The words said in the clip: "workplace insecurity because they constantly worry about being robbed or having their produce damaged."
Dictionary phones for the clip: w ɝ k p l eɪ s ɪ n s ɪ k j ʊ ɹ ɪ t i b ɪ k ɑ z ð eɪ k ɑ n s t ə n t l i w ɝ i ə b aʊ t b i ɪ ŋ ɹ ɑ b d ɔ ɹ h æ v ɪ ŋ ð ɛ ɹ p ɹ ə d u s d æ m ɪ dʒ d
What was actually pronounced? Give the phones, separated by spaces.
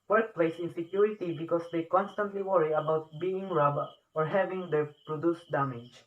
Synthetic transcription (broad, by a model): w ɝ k p l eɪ s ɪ n s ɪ k j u ɹ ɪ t i b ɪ k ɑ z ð eɪ k ɑ n s t ə n t l i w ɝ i ə b aʊ t b i ɪ ŋ ɹ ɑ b ɔ ɹ h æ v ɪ ŋ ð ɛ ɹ p ɹ ə d u s d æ m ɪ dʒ